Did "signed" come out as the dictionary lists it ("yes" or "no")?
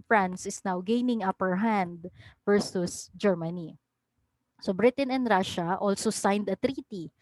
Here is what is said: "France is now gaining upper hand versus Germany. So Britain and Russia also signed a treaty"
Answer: yes